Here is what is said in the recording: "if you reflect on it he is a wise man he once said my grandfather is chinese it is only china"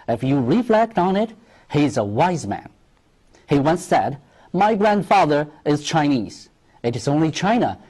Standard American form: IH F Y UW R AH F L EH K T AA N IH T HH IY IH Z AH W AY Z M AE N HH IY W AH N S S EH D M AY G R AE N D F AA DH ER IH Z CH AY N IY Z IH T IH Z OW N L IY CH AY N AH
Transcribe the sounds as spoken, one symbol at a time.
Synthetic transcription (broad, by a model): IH F Y UW R AH F L EH K T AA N IH T HH IY IH Z AH W AY Z M AE N HH IY W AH N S S EH D M AY G R AE N D F AA DH ER IH Z CH AY N IY Z IH T IH Z OW N L IY CH AY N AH